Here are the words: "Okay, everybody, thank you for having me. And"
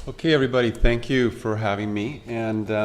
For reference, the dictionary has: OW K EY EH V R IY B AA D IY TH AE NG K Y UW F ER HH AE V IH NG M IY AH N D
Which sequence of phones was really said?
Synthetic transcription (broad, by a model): OW K EY EH V R IY B AA D IY TH AE NG K Y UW F ER HH AE V IH NG M IY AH N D